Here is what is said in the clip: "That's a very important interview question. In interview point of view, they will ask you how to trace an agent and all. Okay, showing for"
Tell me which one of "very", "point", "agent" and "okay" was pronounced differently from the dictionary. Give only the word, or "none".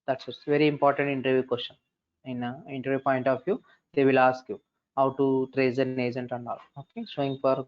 none